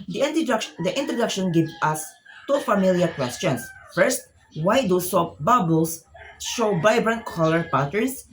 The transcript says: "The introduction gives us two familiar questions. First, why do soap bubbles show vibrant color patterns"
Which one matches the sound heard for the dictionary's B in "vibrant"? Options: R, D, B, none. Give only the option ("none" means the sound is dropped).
B